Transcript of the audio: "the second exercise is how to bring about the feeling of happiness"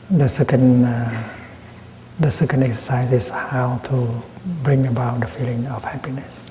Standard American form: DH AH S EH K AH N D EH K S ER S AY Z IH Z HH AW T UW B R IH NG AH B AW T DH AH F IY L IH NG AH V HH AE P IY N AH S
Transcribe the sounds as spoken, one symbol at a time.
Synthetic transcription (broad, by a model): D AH S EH K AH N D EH K S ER S AY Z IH S HH AW T UW B R IH NG AH B AW T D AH F IY L IH NG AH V HH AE P IY N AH S